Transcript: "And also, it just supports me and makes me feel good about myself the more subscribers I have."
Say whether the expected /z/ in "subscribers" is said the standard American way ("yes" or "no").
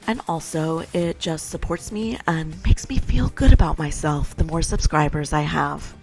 yes